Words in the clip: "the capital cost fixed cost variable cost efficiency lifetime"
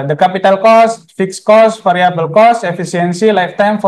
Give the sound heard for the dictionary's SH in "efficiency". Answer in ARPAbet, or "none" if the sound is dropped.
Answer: S